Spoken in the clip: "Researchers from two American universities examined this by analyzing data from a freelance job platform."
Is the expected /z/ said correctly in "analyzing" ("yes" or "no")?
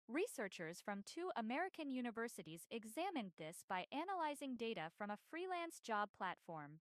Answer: yes